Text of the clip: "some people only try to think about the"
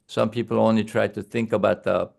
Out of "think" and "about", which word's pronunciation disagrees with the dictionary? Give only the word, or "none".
none